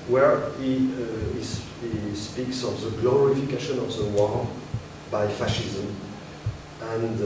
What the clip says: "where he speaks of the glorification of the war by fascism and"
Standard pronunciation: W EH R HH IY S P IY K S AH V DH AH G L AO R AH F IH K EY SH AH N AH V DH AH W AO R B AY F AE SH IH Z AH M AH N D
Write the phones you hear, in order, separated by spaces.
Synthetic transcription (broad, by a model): W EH R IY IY S P IY K S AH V DH AH G L AO R AH F IH K EY SH AH N AH V DH AH W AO L B AY F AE SH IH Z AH M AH N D